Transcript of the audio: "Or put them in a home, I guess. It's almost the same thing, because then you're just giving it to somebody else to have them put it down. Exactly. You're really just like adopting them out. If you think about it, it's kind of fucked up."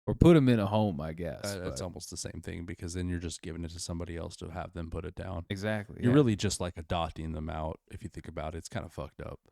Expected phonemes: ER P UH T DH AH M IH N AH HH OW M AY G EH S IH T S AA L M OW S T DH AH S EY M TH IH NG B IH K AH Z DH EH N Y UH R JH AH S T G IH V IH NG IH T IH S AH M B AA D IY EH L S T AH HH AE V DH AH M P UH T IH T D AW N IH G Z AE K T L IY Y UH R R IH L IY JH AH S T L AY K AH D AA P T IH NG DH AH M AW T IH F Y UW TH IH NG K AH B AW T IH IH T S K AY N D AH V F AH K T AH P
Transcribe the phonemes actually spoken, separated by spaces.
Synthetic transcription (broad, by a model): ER P UH T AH M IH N AH HH OW M AY G EH S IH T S AA L M OW S T DH AH S EY M TH IH NG B IH K AH Z DH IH N Y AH R JH AH S G IH V IH NG IH T IH S AH M B AA D IY EH L S T AH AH V DH AH M P UH T IH T D AW N IH G Z AE K T L IY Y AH R R IH L IY JH AH S T L AY K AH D AA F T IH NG DH AH M AW T IH F Y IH TH IH NG K AH B AW T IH IH T S K AY N D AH F AH K T AH P